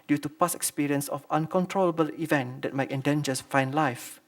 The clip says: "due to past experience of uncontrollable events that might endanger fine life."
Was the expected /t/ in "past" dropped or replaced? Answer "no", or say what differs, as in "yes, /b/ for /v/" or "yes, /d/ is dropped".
yes, /t/ is dropped